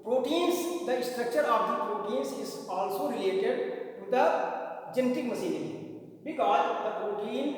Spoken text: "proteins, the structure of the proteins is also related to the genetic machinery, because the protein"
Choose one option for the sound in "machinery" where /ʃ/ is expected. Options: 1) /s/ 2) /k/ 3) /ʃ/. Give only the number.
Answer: 1